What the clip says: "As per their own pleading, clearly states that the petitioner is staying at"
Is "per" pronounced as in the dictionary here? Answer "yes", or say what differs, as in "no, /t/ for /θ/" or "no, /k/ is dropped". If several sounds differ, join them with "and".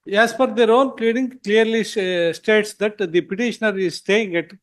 no, /f/ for /p/